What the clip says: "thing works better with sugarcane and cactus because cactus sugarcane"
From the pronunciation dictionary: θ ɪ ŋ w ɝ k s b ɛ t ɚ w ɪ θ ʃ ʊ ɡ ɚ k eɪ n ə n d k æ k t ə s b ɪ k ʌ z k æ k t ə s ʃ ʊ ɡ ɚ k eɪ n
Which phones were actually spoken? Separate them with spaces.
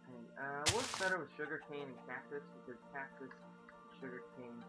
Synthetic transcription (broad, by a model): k ɪ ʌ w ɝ s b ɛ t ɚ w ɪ ʃ ʊ ɡ ɚ k eɪ n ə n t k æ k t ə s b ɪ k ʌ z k æ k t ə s ʃ ʊ ɡ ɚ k eɪ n